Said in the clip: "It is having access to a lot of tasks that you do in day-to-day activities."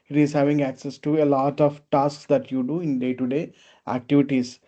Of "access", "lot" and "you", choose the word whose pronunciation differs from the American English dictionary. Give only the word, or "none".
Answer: none